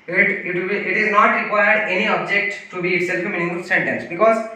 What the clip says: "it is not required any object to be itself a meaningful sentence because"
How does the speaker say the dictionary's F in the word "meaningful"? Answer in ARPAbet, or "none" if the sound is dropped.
none